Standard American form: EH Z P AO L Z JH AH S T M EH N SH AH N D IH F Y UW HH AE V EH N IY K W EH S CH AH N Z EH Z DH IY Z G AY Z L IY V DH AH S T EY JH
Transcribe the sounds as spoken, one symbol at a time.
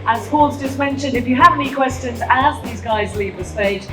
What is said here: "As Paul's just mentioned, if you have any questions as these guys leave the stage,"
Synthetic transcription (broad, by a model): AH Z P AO L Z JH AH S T M EH N SH AH N D IH F Y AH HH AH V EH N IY K W EH S CH AH N Z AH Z DH IY Z G AY Z L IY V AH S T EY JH